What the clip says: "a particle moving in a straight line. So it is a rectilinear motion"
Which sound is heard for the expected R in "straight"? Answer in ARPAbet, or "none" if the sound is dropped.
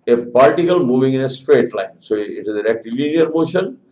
R